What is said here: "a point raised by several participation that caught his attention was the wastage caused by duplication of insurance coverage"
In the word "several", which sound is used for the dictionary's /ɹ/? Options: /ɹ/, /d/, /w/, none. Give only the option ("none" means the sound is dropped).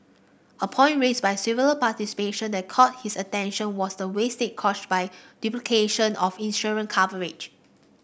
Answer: none